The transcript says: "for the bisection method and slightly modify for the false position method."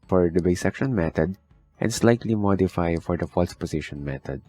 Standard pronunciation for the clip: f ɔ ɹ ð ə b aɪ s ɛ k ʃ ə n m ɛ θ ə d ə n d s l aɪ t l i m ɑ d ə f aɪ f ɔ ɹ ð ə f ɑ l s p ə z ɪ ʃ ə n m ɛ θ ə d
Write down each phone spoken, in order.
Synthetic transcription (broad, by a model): f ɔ ɹ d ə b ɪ s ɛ k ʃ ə n m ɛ t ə d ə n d s l aɪ t l i m ɑ d ə f aɪ f ɔ ɹ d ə f ɑ l s p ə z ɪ ʃ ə n m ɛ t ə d